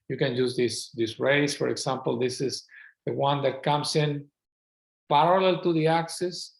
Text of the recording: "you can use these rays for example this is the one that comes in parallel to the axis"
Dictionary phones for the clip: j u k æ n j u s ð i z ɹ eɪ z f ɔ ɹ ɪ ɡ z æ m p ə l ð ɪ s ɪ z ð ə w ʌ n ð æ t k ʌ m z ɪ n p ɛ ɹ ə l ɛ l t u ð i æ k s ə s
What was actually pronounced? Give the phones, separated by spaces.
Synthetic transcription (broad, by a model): j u k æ n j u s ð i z ɹ eɪ s f ɔ ɹ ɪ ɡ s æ m p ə l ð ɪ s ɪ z ð ə w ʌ n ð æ t k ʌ m s ɪ n p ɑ ɹ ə l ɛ l t u ð i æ k s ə s